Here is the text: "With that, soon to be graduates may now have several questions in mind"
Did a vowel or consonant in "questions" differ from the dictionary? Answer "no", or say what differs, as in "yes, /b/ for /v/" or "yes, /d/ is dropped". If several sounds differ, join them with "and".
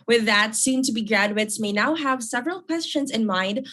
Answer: no